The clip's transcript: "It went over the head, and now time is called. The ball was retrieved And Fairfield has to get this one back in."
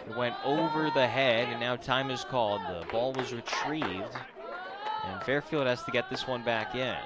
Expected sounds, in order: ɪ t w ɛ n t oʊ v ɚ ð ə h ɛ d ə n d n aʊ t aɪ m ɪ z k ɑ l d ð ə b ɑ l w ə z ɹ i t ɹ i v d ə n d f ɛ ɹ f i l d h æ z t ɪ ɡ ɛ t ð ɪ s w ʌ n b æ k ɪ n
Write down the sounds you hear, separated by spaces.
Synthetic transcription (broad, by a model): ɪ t w ɛ n t oʊ v ɚ ð ə h ɛ d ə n n aʊ t aɪ m ɪ z k ɑ l d ð ə b ɑ l w ə z ɹ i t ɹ i v d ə n f ɛ ɹ f i l d h æ z t ɪ ɡ ɛ t ð ɪ s w ʌ n b æ k ɪ n